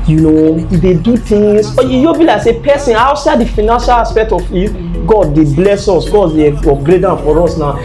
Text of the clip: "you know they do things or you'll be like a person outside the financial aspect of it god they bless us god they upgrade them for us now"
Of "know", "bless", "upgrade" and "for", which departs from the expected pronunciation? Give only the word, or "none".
upgrade